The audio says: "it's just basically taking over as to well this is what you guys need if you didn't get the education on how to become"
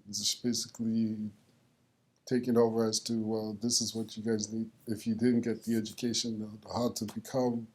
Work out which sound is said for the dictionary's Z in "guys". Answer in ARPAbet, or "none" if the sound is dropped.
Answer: Z